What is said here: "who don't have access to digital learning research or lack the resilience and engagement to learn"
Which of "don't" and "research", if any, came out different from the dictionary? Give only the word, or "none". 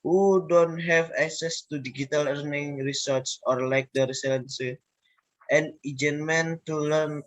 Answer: research